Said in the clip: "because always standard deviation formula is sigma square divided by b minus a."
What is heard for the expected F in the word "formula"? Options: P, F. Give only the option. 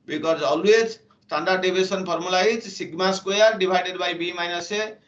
P